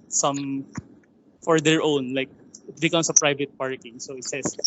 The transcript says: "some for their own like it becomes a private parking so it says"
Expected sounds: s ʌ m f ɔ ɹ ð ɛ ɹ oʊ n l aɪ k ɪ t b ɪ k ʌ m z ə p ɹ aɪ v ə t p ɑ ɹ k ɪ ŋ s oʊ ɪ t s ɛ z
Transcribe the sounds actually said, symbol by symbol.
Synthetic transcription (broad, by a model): s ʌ m f ɔ ɹ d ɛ ɹ oʊ n l aɪ k ɪ t b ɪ k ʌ m s ə p ɹ aɪ v ə t p ɑ ɹ k ɪ ŋ s oʊ ɪ t s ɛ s